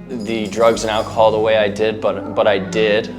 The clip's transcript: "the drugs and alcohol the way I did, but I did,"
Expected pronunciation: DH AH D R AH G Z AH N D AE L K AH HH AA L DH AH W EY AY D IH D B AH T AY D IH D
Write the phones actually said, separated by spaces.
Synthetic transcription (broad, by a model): DH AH D R AH G Z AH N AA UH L K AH HH AA L DH AH W EY AY D IH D B AH T AY D IH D